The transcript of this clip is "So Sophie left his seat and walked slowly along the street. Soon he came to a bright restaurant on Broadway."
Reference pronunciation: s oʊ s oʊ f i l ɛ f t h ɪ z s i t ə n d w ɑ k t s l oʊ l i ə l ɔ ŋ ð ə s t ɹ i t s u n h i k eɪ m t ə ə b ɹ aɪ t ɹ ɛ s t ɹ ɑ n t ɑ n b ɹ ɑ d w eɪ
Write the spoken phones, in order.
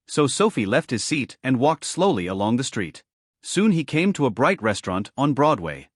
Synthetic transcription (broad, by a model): s oʊ s oʊ f i l ɛ f t h ɪ z s i t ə n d w ɑ k t s l oʊ l i ə l ɔ ŋ ð ə s t ɹ i t s u n i k eɪ m t ə ə b ɹ aɪ t ɹ ɛ s t ɹ ɑ n t n b ɹ ɑ d w eɪ